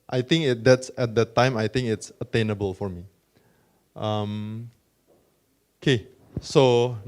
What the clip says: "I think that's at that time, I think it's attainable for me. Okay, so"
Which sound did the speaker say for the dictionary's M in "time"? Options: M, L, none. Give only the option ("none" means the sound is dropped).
M